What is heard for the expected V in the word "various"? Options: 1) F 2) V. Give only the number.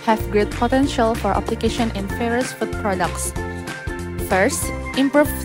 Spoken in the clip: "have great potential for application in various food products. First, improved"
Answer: 1